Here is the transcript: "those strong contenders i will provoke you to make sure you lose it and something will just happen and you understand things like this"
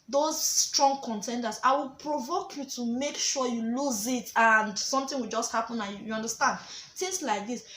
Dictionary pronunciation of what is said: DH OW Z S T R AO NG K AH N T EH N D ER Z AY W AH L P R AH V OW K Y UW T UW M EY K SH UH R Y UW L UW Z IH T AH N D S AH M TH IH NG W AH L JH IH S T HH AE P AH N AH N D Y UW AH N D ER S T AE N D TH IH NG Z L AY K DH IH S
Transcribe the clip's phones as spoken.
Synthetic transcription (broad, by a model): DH OW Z S T R AO NG K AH N T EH N D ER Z AY W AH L P R AH V OW K Y UW T UW M EY K SH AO Y UW L UW Z IH T AH N D S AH M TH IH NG W AH L JH IH S T HH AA P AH N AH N Y UW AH N D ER S T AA N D T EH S L AY K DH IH S